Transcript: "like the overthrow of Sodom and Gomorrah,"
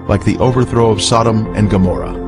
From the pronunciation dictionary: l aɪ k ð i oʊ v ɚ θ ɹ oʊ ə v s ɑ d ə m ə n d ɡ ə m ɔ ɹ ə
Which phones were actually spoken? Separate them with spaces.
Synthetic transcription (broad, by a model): l aɪ k ð i oʊ v ɚ θ ɹ oʊ ə v s ɑ d ə m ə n ɡ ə m ɔ ɹ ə